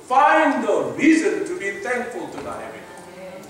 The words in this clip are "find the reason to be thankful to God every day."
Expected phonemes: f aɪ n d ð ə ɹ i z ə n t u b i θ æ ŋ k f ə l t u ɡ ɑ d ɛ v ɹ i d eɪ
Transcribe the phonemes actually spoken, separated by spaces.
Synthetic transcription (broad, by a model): f aɪ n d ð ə ɹ i z ə n t u b i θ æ ŋ k f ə l t u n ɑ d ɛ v i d